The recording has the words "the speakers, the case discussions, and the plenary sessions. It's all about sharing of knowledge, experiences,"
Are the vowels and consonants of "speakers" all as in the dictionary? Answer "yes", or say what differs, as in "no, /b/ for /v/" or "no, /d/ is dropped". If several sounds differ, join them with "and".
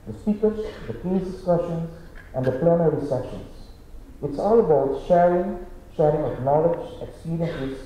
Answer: no, /p/ is dropped and /s/ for /z/